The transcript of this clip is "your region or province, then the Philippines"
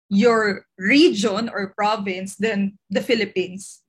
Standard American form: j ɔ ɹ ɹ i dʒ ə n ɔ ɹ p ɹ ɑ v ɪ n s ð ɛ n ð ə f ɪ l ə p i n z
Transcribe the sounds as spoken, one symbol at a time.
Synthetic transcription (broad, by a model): j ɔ ɹ ɹ i dʒ ə n ɔ ɹ p ɹ ɑ v ɪ n s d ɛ n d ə f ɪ l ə p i n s